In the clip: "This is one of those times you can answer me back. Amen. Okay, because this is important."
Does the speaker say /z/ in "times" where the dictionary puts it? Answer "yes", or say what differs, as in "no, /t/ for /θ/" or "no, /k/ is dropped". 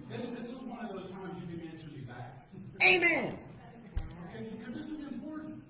yes